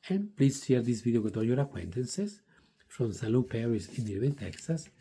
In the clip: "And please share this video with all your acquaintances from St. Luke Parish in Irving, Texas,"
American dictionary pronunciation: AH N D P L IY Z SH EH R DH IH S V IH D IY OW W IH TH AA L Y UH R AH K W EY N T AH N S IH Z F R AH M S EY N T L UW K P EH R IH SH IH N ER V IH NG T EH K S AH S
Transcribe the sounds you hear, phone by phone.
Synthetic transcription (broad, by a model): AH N P L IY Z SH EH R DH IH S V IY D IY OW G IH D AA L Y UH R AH K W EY N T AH N S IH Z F R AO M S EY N L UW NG P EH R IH S IH N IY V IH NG T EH K S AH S